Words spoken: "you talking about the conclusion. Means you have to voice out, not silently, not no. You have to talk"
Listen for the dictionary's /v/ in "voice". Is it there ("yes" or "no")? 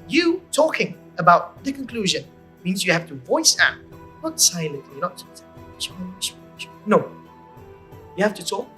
yes